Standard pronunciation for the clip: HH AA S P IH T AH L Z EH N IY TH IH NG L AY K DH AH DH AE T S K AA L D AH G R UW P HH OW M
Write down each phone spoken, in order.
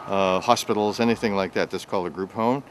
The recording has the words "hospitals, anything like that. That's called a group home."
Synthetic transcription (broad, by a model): HH AA S P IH T L Z EH N IY TH IH NG L AY K DH AH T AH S K AA L D AH G R UW P HH OW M